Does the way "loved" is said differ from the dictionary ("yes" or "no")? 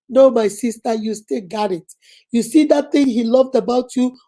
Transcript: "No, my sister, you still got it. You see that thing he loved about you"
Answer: no